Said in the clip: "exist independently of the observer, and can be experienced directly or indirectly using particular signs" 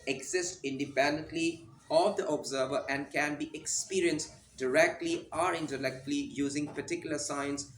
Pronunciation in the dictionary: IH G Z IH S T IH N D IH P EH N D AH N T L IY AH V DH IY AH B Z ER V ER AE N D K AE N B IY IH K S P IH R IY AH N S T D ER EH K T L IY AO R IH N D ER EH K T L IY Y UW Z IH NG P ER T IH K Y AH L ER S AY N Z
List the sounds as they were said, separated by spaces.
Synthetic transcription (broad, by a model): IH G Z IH S T IH N D IH P EH N D AH N T L IY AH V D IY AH B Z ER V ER AE N D K AE N B IY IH K S P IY R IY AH N S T D ER EH K T L IY AO R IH N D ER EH K T L IY Y UW Z IH NG P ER T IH K Y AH L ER S AY N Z